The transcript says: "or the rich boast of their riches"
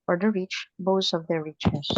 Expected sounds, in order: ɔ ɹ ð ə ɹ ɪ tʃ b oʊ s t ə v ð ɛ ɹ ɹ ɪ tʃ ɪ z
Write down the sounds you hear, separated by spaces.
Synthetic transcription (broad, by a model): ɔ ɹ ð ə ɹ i tʃ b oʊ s ə v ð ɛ ɹ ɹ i tʃ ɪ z